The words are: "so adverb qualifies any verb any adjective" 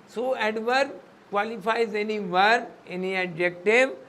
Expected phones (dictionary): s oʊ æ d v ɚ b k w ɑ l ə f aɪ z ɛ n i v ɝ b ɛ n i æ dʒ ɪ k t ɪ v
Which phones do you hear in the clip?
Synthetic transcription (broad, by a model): s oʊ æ d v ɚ k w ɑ l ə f aɪ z ɛ n i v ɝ ɛ n i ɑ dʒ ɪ k t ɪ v